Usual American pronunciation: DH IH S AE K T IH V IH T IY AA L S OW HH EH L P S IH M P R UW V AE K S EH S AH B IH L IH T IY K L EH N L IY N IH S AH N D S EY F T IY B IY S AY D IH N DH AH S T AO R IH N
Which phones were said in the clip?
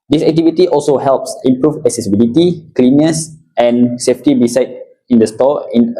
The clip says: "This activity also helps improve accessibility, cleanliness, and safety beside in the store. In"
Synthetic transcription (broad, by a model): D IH S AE K T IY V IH T IY AA L S OW HH EH L P S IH M P R UW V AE K S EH S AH B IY L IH T IY K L L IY N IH S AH N S EY F T IY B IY S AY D IH N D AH S T AO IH N